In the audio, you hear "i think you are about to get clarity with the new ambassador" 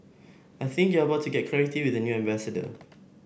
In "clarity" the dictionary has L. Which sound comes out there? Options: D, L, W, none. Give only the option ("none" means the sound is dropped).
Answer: none